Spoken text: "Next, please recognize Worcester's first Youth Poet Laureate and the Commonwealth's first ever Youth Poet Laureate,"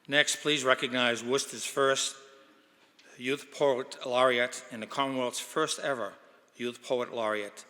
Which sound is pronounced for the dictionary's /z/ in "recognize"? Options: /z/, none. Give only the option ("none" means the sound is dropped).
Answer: /z/